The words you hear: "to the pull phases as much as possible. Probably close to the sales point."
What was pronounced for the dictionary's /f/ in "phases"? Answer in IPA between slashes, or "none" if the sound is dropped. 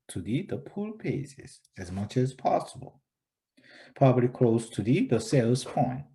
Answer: /p/